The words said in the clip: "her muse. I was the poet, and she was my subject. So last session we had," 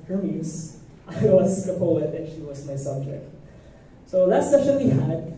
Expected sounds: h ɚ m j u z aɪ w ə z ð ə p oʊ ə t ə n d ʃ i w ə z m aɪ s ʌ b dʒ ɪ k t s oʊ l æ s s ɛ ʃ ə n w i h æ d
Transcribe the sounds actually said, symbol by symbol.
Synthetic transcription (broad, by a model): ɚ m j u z aɪ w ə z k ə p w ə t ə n ʃ i w ə z m aɪ s ʌ b dʒ ɪ k t s oʊ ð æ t s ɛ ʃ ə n w i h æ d